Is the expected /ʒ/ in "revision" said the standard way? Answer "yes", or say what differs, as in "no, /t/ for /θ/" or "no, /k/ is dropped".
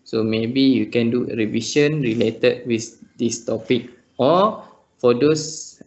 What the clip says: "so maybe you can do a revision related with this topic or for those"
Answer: no, /s/ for /ʒ/